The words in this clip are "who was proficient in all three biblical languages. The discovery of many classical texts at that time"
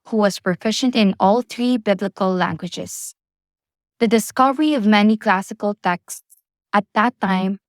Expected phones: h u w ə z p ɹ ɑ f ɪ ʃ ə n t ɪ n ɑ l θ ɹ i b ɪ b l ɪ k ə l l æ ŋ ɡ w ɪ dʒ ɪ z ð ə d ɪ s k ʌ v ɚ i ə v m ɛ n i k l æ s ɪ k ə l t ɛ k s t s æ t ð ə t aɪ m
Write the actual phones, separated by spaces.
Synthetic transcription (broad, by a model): h u w ə z p ɹ ɑ f ɪ ʃ ə n t ɪ n ɑ l θ ɹ i b ɪ b l ɪ k ə l l æ ŋ ɡ w ɪ dʒ ɪ z ð ə d ɪ s k ʌ v ɚ i ə v m ɛ n i k l æ s ɪ k ə l t ɛ k s t s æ t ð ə t aɪ m